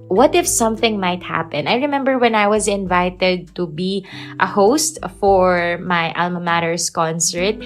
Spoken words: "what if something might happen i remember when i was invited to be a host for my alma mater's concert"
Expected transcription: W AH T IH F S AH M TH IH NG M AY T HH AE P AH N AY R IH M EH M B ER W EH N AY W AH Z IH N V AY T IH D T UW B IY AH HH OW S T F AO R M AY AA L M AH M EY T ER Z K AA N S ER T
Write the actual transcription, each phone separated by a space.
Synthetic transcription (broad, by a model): W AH T IH F S AH M TH IH NG M AY T HH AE P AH N AY R IH M EH M B ER W EH N AY W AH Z IH N V AY T IH D T UW B IY AH HH OW S T F AO R M AY AA L M AH M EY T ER S K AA N S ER T